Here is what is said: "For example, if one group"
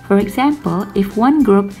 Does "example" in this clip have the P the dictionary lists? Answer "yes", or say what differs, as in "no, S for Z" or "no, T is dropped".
yes